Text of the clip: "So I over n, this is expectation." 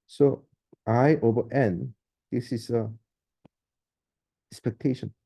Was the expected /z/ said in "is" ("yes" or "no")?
no